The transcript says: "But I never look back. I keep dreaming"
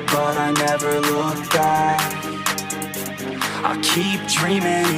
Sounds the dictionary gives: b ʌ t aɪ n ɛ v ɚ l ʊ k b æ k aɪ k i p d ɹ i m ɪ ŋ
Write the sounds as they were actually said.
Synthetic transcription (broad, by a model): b ʌ t aɪ n ɛ v ɚ l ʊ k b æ aɪ k i p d ɹ i m ɪ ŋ